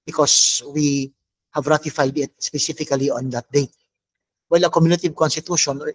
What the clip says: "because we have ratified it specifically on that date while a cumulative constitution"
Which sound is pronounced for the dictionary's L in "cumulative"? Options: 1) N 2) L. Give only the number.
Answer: 1